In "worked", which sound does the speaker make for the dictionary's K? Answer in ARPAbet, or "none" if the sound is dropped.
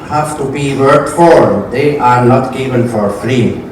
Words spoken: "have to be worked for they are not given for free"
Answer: none